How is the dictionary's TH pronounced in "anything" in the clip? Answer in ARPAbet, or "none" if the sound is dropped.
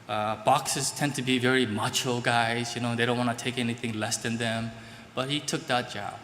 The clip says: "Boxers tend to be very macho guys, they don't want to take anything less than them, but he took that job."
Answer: TH